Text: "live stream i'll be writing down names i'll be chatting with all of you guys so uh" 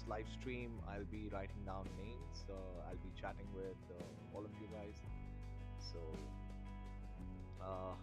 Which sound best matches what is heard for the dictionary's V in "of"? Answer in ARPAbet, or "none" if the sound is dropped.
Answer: P